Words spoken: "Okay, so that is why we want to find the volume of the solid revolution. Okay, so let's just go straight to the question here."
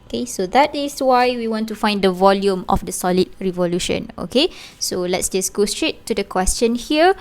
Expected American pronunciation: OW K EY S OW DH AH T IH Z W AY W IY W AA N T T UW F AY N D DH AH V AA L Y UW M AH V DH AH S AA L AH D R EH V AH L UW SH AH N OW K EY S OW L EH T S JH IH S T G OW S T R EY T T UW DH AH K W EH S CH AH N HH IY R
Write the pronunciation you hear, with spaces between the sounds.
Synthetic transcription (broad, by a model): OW K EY S OW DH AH T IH S W AY W IY W AA N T T UW F AY N D AH V AA L Y UW M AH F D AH S AA L AH D R EH V AH L UW SH AH N OW K EY S OW L EH T S JH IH S G OW S T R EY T T UW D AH K W EH S CH AH N HH IY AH